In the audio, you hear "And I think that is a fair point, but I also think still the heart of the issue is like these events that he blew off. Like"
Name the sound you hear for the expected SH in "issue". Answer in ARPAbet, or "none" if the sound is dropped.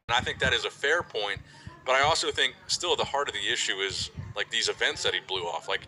SH